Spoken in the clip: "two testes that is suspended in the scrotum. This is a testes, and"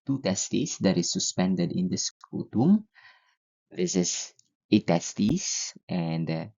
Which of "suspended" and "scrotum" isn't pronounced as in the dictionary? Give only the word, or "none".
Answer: scrotum